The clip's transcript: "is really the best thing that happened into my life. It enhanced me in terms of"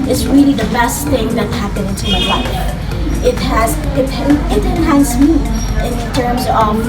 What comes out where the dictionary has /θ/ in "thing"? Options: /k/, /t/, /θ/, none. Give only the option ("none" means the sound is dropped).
/θ/